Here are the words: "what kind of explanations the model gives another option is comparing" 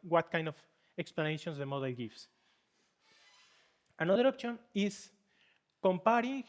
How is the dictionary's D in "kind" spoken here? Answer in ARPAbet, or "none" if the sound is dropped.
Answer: D